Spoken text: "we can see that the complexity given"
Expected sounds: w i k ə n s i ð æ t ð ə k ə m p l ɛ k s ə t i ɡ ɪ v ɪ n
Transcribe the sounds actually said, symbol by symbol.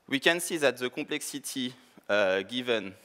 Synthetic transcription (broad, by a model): w i k ə n s i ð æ t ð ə k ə p l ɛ k s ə t i ɡ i v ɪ n